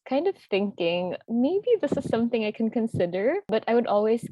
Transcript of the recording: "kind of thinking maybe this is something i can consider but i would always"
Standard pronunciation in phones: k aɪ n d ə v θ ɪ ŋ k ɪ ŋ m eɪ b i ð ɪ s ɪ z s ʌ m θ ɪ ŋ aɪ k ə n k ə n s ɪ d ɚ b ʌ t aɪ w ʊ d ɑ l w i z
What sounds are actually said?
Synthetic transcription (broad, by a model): k aɪ n d ə v θ ɪ ŋ k ɪ ŋ m eɪ b i ð ɪ s ɪ z s ʌ m θ ɪ ŋ aɪ k ə n k ə n s ɪ d ɚ b ʌ t aɪ w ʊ d ɑ l w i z